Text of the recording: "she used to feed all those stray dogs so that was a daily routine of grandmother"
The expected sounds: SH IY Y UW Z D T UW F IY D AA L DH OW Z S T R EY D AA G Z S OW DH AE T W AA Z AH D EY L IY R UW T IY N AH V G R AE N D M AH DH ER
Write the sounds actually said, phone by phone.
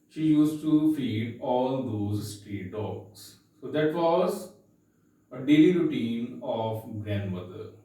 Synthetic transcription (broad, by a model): SH IY Y UW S T UW F IY D AA L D OW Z S T R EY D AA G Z S OW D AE T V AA Z AH D EY L IY R UW T IY N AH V G R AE N D M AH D ER